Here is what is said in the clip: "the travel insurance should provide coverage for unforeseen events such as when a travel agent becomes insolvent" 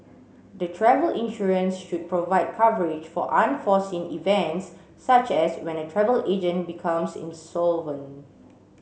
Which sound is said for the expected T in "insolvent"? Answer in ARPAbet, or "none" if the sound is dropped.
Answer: none